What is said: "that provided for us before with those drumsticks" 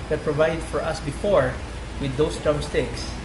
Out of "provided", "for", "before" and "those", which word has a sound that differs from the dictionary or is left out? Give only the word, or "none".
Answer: those